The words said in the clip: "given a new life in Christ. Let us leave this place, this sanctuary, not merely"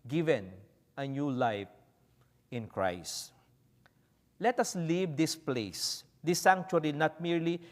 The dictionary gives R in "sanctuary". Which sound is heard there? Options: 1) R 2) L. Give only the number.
2